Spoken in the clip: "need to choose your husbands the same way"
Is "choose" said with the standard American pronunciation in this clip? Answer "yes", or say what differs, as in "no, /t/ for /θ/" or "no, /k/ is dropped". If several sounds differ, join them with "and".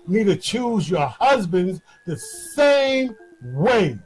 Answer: yes